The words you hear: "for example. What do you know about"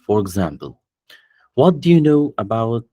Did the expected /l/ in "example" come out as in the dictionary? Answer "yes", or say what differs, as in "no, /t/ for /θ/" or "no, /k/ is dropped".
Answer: yes